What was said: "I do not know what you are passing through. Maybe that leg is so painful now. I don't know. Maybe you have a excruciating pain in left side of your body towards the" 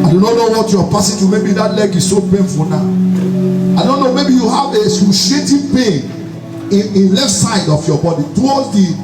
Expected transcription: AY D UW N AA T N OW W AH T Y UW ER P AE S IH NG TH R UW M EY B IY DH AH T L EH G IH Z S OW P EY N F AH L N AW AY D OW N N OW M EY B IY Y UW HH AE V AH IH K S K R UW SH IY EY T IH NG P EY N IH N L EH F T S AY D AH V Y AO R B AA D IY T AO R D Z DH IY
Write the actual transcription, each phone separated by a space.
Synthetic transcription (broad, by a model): AY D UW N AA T N OW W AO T Y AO P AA S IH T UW M EY B IY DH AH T L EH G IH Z S OW P EY N F AH L N AW AY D OW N N OW M EY B IY Y UW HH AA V AH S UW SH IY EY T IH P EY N IH N L EH F T S AY D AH F Y AO B AA D IY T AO L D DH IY